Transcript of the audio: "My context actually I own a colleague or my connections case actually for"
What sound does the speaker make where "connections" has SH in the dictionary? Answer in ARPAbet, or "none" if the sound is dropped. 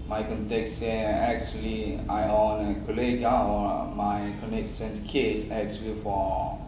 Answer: S